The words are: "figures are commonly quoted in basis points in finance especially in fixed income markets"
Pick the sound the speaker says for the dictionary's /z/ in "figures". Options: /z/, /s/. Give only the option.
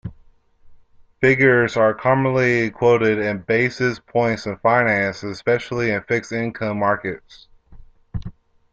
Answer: /z/